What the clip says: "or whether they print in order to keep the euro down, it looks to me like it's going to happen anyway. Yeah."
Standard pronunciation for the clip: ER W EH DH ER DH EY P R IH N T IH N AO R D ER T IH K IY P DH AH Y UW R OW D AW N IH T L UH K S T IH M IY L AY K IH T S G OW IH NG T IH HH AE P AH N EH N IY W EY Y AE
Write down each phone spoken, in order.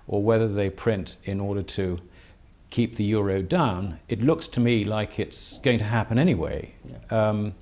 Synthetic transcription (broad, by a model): ER W EH DH ER DH EY P R IH N T IH N AO R D ER T IH K IY P DH AH Y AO R OW D AW N IH T L UH K S T IH M IY L AY K IH T S G OW IH NG T IH HH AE P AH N EH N IY W EY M